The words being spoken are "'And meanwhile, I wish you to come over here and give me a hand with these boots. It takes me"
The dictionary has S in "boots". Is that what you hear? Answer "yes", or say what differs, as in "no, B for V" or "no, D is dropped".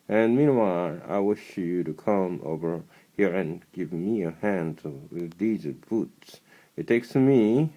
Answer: yes